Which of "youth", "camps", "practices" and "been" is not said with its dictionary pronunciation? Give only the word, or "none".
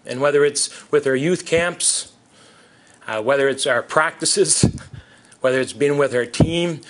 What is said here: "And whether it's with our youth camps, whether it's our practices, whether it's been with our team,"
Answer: none